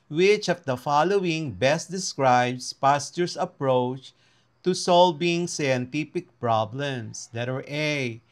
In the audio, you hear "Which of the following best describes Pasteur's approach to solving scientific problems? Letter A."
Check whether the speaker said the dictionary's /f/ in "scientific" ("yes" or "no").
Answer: no